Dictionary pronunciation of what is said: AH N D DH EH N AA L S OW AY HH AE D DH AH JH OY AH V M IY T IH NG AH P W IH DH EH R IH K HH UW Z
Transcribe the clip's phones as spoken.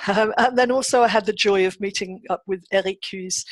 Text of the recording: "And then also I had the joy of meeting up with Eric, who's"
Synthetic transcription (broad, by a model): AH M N DH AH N AA L S OW AY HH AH D DH AH JH OY AH V M IY T IH NG AH P W IH DH EH R IH K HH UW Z